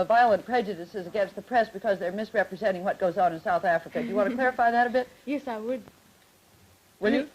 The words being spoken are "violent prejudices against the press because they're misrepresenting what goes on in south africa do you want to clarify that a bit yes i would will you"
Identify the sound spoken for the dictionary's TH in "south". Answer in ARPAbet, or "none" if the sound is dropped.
TH